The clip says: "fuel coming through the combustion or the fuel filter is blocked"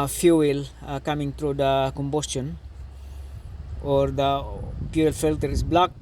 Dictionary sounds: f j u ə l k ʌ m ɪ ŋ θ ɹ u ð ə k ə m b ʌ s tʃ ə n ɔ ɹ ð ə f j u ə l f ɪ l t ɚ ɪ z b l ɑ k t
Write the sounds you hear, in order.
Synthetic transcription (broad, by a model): f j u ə l k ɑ m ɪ ŋ t ɹ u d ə k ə m b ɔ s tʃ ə n ɔ ɹ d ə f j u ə l f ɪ l t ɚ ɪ s b l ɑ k